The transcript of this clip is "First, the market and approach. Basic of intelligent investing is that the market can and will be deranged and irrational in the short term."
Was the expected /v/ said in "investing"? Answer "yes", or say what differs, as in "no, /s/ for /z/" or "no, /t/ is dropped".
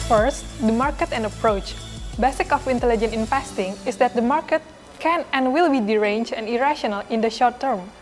no, /f/ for /v/